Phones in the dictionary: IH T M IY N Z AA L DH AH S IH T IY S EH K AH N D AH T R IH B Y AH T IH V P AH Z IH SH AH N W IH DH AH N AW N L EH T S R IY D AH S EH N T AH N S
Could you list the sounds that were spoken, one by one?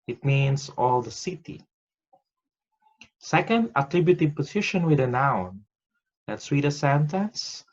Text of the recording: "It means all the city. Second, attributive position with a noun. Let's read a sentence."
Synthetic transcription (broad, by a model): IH T M IY N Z AA L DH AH S IH T IY S EH K AH N D AH T R IH B Y AH T IH V P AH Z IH SH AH N W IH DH AH N AW N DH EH T S W IY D AH S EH N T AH N S